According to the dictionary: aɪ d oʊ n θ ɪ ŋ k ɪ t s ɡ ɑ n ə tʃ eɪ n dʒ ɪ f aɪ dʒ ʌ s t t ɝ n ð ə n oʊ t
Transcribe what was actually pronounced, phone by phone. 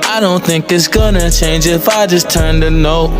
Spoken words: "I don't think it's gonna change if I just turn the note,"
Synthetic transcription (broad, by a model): aɪ d oʊ n θ ɪ ŋ k ɪ t s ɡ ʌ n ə tʃ eɪ n dʒ ɪ f aɪ dʒ ʌ s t t ɝ n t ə n oʊ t